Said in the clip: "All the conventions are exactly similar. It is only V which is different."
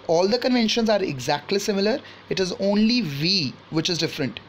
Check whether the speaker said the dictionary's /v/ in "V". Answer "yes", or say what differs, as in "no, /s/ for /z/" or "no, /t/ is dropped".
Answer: yes